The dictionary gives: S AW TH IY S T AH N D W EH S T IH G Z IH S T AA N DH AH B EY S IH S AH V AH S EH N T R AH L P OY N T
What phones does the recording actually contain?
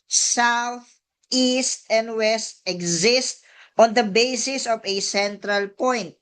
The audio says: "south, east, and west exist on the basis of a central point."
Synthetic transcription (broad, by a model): S AW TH IY S T AH N D W EH S T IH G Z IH S T AA N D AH B EY S IH S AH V AH S EH N T R AH L P OY N T